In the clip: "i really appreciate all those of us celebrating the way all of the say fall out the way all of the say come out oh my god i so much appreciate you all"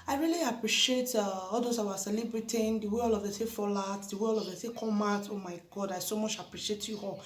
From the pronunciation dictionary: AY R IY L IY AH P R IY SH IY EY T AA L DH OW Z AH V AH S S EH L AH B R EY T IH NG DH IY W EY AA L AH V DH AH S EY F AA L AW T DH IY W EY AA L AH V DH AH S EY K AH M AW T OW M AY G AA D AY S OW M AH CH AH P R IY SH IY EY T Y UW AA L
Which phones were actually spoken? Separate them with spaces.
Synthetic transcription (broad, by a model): AY R IY L IY AH P R IY SH IY EY T AA L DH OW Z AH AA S S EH L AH B R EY T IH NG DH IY W EY AA L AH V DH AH S EY F AA L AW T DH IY W EY AA L AH V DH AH S EY K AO M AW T OW M AY G AA D AY S OW M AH CH AH P R IY SH IY EY T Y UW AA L